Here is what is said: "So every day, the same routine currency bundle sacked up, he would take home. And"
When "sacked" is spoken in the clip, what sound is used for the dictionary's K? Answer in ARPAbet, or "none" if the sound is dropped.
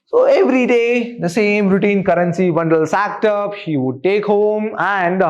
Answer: K